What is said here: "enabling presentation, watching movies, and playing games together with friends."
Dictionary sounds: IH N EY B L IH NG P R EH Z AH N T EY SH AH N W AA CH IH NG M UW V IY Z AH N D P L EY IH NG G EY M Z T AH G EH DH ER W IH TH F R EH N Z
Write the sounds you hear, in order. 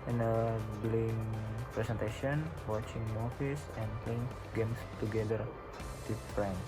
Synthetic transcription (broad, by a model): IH N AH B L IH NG P R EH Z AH N T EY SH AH N W AA CH IH NG M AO F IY S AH N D P L EY IH NG G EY M S T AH G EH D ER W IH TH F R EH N